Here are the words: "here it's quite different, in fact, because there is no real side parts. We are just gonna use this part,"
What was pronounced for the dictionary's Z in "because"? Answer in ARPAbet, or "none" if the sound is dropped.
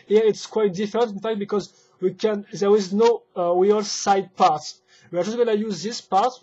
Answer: Z